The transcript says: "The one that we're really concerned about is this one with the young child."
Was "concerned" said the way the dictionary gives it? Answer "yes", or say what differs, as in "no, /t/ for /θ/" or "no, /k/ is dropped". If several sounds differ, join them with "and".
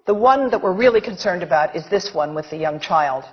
yes